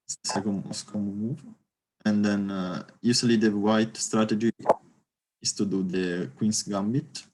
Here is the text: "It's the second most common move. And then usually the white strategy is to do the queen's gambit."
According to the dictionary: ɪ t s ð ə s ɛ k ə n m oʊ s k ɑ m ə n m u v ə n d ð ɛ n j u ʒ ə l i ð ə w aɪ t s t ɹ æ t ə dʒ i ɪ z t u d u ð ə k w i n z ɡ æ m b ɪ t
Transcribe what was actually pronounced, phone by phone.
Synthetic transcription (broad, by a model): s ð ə s ɛ k ə n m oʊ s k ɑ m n m u v ə n d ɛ n j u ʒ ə l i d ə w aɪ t s t ɹ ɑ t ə dʒ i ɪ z t u d u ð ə k w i n s ɡ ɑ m b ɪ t